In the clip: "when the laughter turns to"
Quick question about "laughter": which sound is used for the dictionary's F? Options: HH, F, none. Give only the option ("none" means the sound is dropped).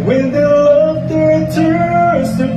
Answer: none